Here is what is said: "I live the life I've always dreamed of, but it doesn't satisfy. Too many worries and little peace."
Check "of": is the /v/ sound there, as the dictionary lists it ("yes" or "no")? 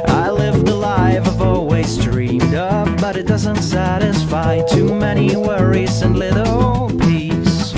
no